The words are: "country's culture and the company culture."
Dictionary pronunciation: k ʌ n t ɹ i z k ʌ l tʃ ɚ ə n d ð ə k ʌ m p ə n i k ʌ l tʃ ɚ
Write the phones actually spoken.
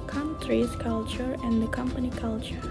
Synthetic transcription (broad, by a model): k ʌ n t ɹ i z k ʌ l tʃ ɚ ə n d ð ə k ʌ m p ə n i k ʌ l tʃ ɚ